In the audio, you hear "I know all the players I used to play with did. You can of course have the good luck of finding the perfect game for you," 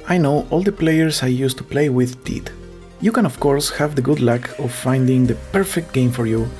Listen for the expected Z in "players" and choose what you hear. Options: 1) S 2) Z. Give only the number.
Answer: 1